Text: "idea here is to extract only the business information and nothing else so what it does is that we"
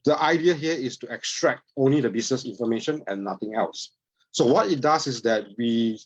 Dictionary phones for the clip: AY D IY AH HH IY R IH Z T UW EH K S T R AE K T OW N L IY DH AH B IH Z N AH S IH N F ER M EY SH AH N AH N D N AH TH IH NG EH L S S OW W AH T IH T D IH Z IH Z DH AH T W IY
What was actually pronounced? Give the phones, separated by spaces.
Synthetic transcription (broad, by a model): AY D IY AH HH IY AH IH S T UW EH K S T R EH K T OW N L IY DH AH B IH S N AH S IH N F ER M EY SH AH N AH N N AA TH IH NG EH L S S OW W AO T IH T D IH S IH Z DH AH T W IY